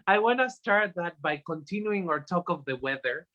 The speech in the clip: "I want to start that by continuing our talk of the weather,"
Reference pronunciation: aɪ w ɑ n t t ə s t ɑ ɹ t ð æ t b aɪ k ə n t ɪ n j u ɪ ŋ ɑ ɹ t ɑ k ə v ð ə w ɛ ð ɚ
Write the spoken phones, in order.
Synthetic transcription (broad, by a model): aɪ w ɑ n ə s t ɑ ɹ t ð æ t b aɪ k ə n t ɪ n j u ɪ ŋ ɑ ɹ t ɑ k ə v ð ə w ɛ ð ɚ